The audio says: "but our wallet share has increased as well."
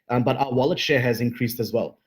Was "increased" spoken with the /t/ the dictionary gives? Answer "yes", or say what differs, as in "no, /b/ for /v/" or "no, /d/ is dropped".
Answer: yes